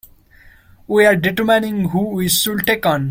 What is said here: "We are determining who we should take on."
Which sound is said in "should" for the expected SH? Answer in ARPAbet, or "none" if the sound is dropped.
S